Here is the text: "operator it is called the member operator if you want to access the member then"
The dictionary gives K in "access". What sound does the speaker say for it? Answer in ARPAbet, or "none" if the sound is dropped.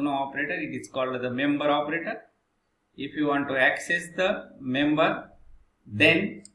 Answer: K